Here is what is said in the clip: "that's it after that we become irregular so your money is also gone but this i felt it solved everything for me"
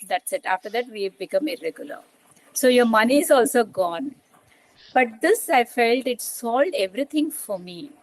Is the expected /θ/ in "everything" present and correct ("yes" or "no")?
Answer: no